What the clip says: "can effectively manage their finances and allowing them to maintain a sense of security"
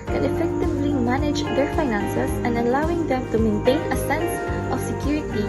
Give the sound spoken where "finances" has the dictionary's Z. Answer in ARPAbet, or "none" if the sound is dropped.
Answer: S